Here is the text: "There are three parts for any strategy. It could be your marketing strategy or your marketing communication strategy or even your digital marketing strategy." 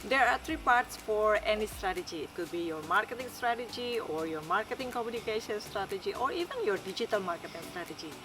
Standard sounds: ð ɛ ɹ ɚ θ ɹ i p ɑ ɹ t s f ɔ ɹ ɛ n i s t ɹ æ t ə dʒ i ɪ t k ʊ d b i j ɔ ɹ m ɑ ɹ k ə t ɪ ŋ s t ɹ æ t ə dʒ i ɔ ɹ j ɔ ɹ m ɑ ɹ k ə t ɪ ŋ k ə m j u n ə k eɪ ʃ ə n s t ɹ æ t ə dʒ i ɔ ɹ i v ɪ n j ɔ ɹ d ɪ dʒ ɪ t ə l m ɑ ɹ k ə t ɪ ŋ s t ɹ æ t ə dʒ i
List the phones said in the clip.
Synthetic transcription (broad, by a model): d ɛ ɹ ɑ t ɹ i p ɑ ɹ t s f ɔ ɹ ɛ n i s t ɹ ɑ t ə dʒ i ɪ t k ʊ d b i j ɔ ɹ m ɑ ɹ k ə t ɪ ŋ s t ɹ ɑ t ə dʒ i ɔ ɹ j ɔ ɹ m ɑ ɹ k ə t ɪ ŋ k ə m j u n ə k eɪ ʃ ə n s t ɹ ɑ t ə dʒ i ɔ ɹ i v ɪ n j ɔ ɹ d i dʒ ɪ t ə l m ɑ ɹ k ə t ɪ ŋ s t ɹ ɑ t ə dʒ i